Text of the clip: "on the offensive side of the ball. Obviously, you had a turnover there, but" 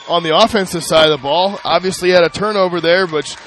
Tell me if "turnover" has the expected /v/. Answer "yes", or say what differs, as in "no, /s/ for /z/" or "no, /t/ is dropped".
yes